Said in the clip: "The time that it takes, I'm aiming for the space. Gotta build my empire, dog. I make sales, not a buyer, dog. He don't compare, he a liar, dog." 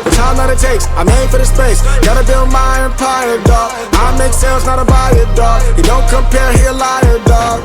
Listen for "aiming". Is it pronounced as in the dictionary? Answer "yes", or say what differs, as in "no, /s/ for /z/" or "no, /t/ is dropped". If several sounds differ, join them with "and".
no, /m/ is dropped